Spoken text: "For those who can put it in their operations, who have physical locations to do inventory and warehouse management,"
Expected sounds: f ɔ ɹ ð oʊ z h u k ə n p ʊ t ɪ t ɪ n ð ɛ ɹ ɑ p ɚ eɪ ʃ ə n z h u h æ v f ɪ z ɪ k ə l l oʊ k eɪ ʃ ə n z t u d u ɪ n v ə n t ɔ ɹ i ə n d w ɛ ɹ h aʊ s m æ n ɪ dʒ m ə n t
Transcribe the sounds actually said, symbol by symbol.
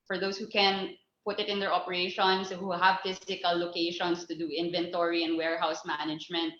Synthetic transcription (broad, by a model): f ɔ ɹ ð oʊ s h u k ə n p ʊ t ɪ t ɪ n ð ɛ ɹ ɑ p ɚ eɪ ʃ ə n s h u h æ v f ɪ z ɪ k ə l l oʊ k eɪ ʃ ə n s t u d u ɪ n v ə n t ɔ ɹ i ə n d w ɛ ɹ h aʊ s m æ n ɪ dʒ m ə n t